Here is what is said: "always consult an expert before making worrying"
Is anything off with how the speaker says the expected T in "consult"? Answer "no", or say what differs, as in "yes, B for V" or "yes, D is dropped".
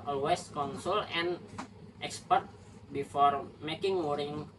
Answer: yes, T is dropped